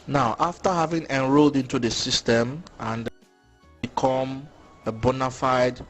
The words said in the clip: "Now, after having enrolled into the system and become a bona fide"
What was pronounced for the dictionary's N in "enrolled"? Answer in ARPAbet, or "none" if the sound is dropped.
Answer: N